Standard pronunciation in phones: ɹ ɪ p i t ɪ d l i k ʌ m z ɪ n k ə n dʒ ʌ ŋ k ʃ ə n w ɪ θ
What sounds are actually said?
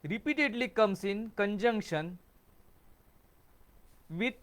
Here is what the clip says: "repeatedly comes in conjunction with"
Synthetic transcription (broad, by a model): ɹ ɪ p i t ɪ d l i k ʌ m s ɪ n k ə n dʒ ʌ ŋ k ʃ ə n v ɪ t